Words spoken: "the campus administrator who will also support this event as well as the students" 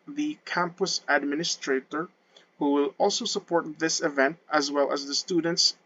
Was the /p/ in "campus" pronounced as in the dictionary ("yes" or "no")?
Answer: yes